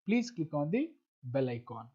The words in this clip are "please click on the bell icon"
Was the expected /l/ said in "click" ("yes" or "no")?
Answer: no